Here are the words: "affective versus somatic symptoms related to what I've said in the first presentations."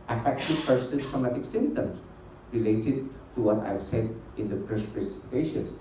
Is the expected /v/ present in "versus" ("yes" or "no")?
no